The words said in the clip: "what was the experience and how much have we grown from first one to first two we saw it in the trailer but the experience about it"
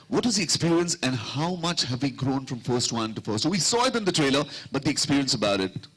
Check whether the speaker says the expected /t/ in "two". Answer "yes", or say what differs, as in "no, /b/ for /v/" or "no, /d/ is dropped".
no, /s/ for /t/